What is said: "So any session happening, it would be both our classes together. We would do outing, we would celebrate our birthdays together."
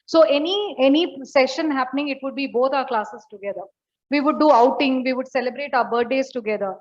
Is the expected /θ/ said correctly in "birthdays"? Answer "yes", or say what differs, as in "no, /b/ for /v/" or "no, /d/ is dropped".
no, /t/ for /θ/